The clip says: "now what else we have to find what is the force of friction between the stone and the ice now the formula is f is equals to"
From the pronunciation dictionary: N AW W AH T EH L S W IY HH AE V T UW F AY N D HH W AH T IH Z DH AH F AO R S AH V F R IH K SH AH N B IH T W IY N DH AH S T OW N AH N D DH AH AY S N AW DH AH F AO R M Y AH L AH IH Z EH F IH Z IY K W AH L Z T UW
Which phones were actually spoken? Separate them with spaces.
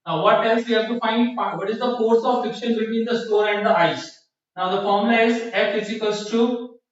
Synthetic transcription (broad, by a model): N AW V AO T EH L S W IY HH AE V T UW F AY N D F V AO T IH Z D AH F AO R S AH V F IH K SH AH N B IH T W IY N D AH S T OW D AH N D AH AY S N AW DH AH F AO R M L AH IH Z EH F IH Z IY K AH L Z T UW